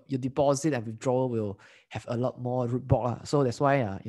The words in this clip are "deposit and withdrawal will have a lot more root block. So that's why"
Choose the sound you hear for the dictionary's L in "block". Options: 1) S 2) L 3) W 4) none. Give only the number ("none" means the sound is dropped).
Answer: 4